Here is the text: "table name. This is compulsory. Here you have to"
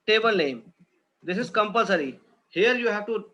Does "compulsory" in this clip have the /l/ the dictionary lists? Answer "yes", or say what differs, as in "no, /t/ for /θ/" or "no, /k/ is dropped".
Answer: yes